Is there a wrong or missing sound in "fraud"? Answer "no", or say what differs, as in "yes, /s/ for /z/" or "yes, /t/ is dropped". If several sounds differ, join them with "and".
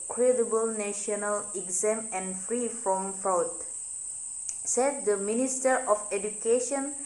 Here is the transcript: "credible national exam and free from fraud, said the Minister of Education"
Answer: yes, /ɹ/ is dropped